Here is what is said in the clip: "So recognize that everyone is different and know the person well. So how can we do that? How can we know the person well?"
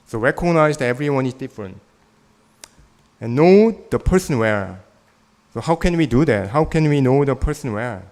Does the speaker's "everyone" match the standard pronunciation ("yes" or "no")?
yes